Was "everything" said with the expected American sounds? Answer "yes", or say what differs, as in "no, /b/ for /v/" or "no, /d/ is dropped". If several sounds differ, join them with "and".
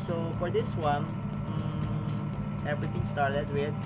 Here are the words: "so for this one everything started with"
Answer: no, /t/ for /θ/